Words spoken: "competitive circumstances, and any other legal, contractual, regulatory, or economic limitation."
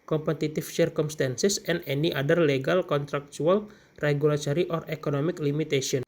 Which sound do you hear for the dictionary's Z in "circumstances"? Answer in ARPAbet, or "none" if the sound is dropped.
S